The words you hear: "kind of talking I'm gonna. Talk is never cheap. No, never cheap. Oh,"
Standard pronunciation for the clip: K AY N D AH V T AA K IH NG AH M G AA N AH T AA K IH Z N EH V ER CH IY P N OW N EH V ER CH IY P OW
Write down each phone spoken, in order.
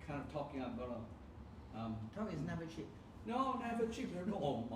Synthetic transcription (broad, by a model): K AY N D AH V T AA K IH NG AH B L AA AH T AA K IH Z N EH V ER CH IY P N OW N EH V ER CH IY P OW